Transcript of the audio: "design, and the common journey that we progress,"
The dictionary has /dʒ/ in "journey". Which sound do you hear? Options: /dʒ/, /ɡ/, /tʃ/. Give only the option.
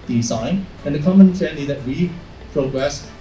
/tʃ/